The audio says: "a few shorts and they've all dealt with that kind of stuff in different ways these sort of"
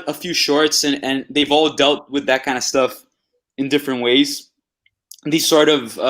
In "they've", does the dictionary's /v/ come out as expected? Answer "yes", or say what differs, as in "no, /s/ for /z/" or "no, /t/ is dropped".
yes